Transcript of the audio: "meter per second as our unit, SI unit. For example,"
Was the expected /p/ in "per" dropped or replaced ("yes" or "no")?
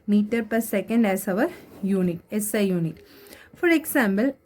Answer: no